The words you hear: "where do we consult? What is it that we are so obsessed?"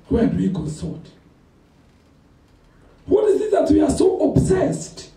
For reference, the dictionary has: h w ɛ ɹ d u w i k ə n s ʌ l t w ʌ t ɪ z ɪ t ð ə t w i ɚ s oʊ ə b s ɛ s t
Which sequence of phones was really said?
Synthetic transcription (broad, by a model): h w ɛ d u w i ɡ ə s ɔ t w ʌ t ɪ z ɪ t ð ə t w i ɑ s oʊ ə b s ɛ s t